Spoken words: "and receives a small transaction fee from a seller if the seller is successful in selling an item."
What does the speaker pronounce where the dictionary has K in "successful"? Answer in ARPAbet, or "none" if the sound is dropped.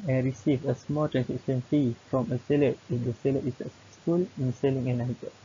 none